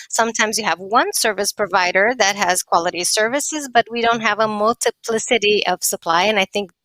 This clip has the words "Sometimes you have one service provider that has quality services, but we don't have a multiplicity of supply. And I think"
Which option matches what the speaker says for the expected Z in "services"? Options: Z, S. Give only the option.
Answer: Z